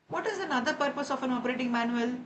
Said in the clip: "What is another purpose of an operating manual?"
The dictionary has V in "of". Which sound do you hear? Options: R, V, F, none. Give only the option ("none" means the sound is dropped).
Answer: F